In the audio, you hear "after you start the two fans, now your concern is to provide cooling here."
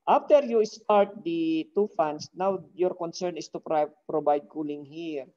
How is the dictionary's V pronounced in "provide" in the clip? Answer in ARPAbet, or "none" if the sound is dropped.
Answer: B